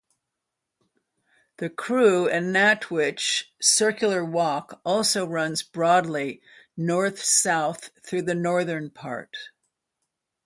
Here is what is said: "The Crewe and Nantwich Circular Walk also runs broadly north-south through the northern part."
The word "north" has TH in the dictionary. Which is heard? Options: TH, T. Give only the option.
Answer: TH